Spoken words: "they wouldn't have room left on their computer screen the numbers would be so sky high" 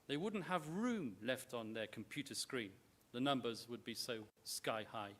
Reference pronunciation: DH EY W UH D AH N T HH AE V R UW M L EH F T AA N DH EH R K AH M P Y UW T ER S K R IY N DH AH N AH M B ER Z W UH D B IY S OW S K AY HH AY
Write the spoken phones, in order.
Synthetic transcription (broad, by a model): DH EY W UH D N T HH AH V R UW M L EH F T N DH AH R K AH M P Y UW T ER S K R IY N DH AH N AH M B ER Z W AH D B IY S OW S K AY HH AY